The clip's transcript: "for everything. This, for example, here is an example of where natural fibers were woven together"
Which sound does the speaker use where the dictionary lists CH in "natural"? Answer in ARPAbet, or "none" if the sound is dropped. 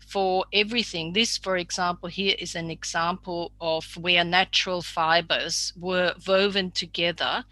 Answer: CH